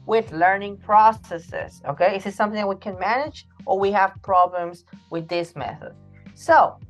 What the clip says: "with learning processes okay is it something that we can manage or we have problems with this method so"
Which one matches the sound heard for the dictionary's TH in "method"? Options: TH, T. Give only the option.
TH